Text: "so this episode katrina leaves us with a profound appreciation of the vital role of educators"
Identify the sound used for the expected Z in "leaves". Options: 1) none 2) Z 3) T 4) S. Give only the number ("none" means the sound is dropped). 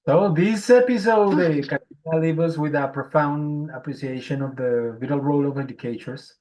1